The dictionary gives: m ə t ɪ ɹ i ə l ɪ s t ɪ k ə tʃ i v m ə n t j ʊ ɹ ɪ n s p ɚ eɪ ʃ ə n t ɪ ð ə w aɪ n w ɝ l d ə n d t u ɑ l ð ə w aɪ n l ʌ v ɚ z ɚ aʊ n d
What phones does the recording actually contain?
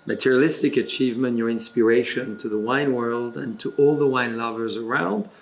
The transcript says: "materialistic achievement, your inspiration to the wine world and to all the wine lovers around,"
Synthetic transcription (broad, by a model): m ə t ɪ ɹ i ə l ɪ s t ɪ k ə tʃ i v m ə n t j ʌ ɹ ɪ n s p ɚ eɪ ʃ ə n t ɪ ð ə w aɪ n w ɝ l d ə n t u ɑ l ð ə w aɪ n l ʌ v ɚ z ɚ aʊ n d